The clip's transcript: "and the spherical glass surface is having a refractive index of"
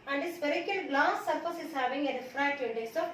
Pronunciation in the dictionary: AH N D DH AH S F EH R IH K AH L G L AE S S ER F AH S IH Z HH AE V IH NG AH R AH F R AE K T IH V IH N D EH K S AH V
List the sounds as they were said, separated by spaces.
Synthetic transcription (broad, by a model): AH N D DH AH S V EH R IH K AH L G L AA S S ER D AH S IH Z HH AE V IH NG AH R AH F R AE T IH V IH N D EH S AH